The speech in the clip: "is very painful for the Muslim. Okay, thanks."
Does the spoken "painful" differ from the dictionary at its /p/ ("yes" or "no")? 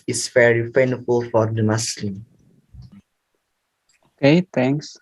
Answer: yes